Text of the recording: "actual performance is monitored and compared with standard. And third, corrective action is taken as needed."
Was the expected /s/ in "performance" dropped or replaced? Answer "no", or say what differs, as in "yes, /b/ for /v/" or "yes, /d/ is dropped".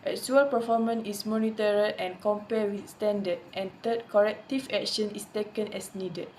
yes, /s/ is dropped